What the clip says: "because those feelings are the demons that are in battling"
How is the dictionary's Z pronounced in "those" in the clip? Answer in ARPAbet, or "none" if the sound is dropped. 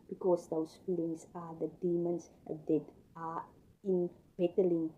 S